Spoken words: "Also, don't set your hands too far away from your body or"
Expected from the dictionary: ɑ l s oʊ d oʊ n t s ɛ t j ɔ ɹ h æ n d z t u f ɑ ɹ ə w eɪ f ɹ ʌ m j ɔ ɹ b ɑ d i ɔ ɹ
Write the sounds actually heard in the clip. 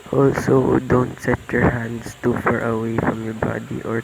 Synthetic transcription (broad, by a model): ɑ l s oʊ d oʊ n t s ɛ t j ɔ ɹ h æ n d s t u f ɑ ɹ ə w eɪ f ɹ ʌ m j ɔ ɹ b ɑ d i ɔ ɹ